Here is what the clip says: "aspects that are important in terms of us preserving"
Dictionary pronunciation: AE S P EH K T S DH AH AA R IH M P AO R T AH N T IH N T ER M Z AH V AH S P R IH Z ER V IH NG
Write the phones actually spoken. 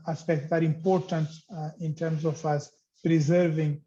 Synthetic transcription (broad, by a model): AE S P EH K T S AA R IH M P AO R T AH N T IH N T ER M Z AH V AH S P R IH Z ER V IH NG